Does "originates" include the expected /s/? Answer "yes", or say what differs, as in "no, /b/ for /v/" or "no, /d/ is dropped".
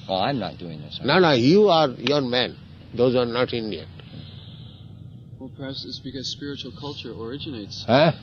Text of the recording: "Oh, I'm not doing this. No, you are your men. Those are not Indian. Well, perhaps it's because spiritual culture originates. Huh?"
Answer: yes